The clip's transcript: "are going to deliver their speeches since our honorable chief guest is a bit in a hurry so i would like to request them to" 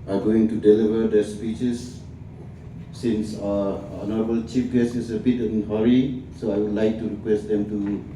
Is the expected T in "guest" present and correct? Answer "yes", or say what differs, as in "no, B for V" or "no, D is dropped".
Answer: no, T is dropped